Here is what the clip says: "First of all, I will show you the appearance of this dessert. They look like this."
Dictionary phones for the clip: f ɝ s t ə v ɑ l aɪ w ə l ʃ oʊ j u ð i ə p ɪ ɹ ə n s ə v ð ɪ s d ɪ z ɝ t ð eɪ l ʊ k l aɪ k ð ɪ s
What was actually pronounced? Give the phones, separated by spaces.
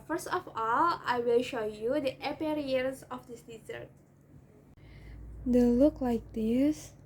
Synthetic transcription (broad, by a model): f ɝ s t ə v ɑ l aɪ w ə l ʃ oʊ j u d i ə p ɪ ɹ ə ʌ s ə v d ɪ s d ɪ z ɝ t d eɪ l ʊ k l aɪ k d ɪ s